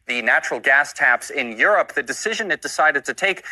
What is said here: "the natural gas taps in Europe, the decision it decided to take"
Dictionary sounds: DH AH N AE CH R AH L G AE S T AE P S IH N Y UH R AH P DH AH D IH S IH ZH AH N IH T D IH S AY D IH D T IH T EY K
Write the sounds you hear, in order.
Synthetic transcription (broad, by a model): DH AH N AE CH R L G AE S T AE P S IH N Y UH R AH P DH AH D IH S IH ZH AH N IH T D IH S AY D IH D T IH T EY K